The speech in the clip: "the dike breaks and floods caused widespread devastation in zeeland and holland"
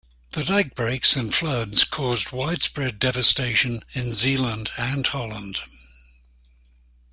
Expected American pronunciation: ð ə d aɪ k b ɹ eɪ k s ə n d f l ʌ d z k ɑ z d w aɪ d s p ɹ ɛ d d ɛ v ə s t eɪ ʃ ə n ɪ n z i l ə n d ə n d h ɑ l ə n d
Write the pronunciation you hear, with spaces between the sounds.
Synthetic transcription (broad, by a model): ð ə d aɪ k b ɹ eɪ k s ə n f l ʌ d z k ɑ z d w aɪ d s p ɹ ɛ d d ɛ v ə s t eɪ ʃ ə n ɪ n z i l ə n d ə n h ɑ l ə n d